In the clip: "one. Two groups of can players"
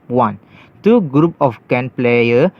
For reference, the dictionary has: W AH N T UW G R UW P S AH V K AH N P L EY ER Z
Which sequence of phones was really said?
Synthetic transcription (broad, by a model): W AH N T UW G R UW P AH F K AH N P L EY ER